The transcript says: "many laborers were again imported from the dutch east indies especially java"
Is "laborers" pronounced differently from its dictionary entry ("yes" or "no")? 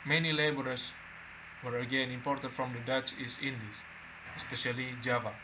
yes